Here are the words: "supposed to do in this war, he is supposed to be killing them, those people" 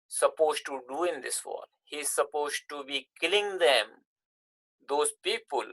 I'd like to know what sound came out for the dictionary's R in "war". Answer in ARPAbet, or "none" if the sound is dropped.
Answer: L